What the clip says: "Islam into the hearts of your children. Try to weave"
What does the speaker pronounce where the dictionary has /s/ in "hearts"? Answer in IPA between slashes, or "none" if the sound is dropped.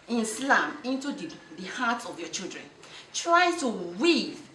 none